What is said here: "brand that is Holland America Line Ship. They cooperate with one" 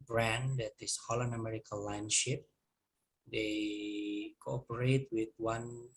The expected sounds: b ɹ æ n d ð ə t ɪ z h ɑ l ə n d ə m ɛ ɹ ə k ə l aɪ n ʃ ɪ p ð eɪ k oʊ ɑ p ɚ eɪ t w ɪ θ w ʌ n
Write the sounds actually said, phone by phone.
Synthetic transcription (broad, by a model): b ɹ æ n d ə t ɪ s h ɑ l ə n ə m ɛ ɹ ə k ə l aɪ n ʃ ɪ p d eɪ k oʊ ɑ p ɚ eɪ t w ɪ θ w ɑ n